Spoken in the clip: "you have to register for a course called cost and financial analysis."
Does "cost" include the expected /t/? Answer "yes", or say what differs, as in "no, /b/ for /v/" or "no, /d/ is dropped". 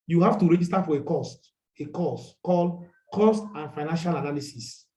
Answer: yes